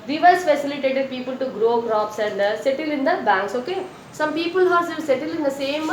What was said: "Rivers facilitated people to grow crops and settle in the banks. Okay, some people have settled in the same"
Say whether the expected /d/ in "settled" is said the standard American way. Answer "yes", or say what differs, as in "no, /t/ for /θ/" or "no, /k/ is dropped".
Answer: no, /d/ is dropped